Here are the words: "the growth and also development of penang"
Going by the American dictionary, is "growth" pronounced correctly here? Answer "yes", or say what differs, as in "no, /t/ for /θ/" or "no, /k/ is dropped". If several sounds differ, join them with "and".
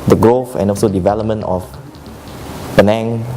no, /f/ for /θ/